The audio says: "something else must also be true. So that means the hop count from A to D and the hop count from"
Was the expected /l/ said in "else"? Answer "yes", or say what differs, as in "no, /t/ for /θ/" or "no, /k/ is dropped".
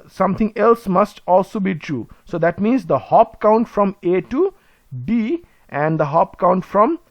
yes